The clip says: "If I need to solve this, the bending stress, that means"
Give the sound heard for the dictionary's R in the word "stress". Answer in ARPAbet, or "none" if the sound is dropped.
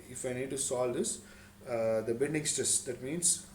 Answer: none